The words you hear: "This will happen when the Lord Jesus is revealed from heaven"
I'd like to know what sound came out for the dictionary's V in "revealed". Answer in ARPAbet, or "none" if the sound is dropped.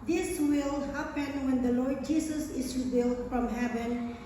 B